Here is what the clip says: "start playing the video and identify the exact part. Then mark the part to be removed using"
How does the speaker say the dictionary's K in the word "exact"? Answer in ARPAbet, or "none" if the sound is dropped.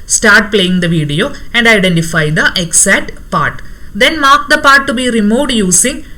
none